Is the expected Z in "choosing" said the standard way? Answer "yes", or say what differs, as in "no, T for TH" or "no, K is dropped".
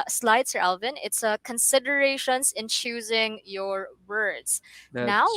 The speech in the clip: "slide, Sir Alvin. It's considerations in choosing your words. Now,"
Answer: yes